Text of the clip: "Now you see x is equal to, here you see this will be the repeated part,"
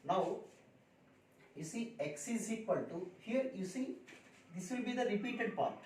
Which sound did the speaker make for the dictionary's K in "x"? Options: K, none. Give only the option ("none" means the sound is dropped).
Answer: K